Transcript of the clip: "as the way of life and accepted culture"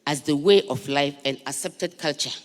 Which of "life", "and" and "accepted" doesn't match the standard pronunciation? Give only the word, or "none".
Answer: none